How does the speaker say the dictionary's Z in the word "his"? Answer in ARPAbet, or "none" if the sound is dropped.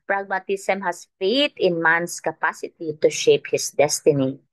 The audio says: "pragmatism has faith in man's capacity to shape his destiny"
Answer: S